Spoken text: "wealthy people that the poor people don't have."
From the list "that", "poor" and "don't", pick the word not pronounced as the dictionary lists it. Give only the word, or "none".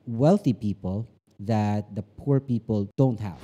none